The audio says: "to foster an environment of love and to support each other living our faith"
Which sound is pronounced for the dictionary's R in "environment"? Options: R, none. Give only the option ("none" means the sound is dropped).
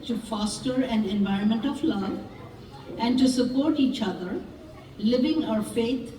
R